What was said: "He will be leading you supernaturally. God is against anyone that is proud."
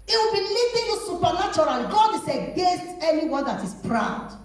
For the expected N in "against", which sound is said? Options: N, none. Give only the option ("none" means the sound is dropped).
none